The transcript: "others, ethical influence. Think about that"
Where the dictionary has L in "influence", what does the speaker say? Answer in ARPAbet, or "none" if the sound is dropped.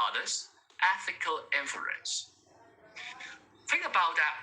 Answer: none